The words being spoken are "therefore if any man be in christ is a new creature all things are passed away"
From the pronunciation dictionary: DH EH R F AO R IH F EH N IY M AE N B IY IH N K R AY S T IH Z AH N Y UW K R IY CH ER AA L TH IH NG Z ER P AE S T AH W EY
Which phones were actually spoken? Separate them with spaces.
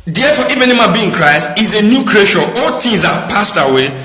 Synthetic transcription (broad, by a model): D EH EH F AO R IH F EH N IY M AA B IY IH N K R AY S T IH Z AH N Y UW K R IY SH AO AA L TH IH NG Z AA P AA S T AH W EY